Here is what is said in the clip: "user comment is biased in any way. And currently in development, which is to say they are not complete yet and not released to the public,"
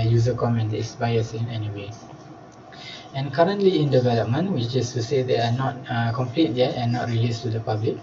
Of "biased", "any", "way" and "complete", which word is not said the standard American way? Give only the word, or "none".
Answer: biased